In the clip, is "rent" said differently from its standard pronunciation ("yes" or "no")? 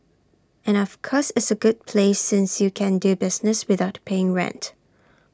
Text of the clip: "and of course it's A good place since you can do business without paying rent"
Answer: no